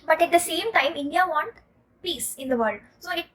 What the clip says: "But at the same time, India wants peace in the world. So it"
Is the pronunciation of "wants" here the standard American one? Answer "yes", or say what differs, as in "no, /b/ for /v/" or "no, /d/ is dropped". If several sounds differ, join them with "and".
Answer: no, /s/ is dropped